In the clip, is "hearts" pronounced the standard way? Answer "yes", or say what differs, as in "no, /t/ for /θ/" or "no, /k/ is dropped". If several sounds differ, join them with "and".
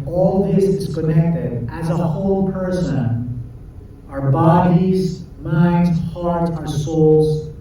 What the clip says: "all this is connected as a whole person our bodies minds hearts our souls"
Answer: no, /s/ is dropped